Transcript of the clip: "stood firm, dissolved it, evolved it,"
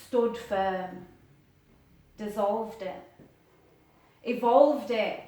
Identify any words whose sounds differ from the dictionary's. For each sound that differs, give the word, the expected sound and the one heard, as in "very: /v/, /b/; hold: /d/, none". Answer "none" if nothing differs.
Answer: none